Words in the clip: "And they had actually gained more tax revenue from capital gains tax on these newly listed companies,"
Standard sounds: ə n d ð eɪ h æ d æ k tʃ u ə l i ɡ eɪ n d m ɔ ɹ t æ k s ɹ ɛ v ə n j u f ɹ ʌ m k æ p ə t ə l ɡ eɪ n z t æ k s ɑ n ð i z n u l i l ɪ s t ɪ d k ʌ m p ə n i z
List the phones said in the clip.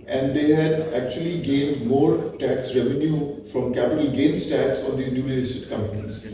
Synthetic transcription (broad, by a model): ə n d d eɪ h æ d æ k tʃ u ə l i ɡ eɪ n d m ɔ ɹ t æ k s ɹ ɛ v ə n j u f ɹ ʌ m k æ p ə t ə l ɡ eɪ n s t æ k s ɑ n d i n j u n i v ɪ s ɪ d k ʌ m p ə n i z